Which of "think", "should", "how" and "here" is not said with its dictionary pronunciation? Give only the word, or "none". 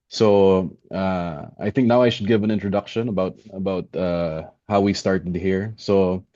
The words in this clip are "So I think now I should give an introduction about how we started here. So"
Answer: none